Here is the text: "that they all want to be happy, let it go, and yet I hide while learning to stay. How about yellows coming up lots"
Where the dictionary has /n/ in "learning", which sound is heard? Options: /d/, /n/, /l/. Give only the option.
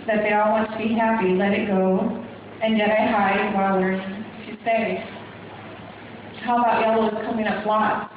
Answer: /l/